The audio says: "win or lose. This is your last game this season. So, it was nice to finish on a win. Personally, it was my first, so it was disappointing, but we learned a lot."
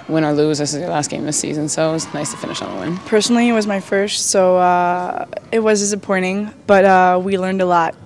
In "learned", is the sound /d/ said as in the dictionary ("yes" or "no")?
yes